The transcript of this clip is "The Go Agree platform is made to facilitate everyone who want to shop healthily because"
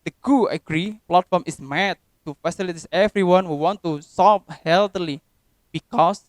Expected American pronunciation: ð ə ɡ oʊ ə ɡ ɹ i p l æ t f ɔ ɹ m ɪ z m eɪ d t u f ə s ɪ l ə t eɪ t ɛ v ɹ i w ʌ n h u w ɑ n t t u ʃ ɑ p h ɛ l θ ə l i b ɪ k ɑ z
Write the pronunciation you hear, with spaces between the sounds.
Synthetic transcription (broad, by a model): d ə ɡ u ə ɡ ɹ i p l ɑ t f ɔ ɹ m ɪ s m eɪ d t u f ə s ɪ l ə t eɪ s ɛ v ɹ i w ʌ n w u w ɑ n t t u s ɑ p h ɛ l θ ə l i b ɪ k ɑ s